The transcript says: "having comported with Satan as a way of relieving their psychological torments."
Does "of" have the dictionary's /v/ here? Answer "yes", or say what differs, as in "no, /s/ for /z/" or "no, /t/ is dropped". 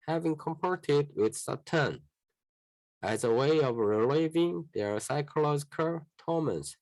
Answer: yes